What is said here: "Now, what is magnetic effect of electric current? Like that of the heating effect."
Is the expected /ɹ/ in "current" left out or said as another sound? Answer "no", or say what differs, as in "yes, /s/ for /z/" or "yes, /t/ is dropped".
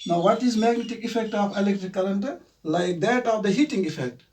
yes, /l/ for /ɹ/